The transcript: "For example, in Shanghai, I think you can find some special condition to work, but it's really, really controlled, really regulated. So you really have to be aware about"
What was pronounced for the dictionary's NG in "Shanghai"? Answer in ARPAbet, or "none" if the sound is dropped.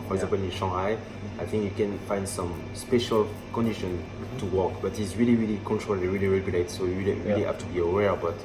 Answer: none